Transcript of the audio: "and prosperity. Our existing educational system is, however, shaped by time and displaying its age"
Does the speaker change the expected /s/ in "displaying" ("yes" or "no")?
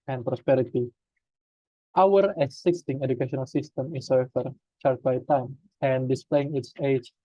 no